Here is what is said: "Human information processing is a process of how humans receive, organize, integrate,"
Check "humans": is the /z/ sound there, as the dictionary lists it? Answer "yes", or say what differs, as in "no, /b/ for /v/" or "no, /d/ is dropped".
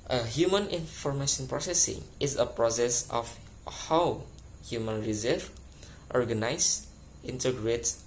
no, /z/ is dropped